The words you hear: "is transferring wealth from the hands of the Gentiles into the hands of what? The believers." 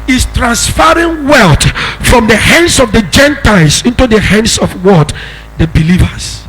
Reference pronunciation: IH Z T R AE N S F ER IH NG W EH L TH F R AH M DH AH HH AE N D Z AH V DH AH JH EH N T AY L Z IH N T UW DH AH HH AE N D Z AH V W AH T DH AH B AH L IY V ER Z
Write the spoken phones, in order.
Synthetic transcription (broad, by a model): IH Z T R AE N S F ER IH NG W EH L T F R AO M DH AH HH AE N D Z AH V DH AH JH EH N T AY L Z IH N T UW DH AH HH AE N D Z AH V W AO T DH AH B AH L IY V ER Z